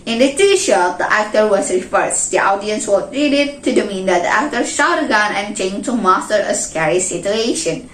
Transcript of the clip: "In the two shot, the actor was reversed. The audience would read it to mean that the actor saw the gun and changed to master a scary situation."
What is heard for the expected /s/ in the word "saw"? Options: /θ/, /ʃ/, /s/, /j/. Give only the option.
/ʃ/